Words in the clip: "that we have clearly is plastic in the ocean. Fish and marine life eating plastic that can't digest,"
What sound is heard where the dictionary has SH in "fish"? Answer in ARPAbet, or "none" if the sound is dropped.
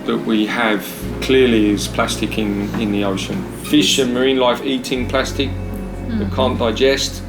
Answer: SH